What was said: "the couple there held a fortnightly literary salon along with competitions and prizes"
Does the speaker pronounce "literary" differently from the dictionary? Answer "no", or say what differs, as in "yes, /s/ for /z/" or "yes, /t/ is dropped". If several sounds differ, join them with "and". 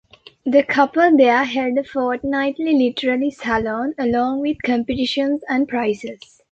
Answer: yes, /l/ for /ɹ/